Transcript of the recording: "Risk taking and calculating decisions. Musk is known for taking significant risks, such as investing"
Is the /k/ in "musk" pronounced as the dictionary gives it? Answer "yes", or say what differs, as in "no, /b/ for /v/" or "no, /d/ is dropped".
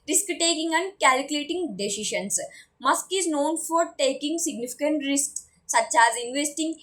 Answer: yes